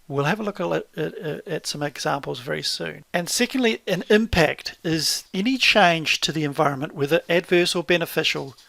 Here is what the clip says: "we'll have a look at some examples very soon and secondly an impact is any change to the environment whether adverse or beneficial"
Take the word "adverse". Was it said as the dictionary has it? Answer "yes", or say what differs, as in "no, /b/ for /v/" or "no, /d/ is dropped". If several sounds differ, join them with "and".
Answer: yes